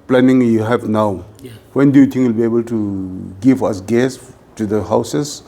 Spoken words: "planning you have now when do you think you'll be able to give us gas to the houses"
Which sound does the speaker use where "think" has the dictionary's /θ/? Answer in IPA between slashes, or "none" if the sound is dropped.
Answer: /t/